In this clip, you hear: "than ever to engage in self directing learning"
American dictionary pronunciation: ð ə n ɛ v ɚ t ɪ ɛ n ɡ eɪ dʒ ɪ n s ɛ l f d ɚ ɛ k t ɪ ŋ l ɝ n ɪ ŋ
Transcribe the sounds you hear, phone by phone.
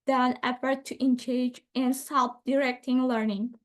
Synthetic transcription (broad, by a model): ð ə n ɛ f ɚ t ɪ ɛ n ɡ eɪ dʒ ɪ n s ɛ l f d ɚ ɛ k t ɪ ŋ l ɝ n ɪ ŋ